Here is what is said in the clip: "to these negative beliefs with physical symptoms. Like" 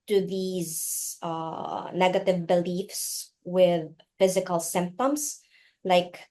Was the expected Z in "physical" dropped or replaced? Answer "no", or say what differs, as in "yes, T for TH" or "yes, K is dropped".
no